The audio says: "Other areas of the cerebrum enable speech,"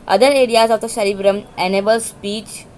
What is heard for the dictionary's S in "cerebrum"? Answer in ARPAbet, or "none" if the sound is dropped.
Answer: SH